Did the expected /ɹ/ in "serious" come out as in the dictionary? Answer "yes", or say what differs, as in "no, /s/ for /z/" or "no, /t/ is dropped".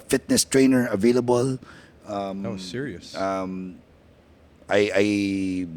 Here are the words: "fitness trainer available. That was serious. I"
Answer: no, /ɹ/ is dropped